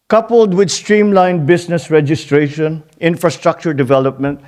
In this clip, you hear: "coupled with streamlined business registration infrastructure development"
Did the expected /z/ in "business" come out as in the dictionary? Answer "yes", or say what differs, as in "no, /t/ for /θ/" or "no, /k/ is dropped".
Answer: no, /s/ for /z/